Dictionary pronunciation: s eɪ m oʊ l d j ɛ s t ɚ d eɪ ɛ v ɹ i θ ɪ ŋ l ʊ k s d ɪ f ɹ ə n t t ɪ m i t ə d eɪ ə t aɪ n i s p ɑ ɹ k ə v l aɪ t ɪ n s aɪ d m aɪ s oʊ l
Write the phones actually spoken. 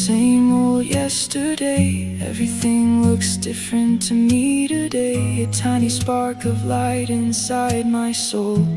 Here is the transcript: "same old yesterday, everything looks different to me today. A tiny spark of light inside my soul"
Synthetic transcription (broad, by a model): s eɪ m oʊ l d j ɛ s t ɚ d eɪ ɛ v ɹ i θ ɪ ŋ l ʊ k s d ɪ f ɹ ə n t t ɪ m i t ə d eɪ ə t aɪ n i s p ɑ ɹ k ə v l aɪ t ɪ n s aɪ d m aɪ s oʊ l